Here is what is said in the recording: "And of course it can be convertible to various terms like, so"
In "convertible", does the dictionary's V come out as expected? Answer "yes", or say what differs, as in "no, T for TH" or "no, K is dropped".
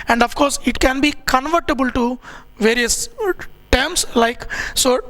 yes